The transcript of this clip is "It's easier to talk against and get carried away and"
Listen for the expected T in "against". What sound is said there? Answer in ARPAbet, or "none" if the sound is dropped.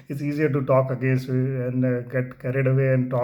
none